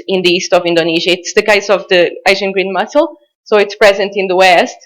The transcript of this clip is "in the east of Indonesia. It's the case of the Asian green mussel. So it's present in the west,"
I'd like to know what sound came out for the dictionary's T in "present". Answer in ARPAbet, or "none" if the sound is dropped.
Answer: T